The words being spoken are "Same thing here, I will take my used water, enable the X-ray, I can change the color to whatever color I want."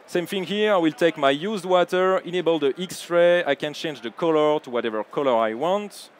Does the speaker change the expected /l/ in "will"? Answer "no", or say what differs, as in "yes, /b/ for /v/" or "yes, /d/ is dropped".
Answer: no